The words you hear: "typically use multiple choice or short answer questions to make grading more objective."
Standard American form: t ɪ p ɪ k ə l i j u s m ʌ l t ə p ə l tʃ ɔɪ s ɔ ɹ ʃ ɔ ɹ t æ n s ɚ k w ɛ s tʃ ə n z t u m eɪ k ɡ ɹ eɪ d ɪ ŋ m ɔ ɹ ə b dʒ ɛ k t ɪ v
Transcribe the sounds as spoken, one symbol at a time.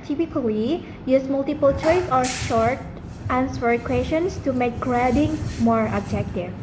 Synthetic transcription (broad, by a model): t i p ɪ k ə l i j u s m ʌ l t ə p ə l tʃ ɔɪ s ɔ ɹ ʃ ɔ ɹ t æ n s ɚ k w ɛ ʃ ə n s t u m eɪ k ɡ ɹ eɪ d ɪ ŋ m ɔ ɹ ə b dʒ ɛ k t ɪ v